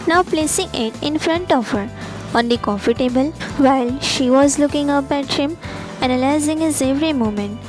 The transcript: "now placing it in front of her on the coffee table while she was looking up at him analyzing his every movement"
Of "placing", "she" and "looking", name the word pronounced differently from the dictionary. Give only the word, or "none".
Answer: none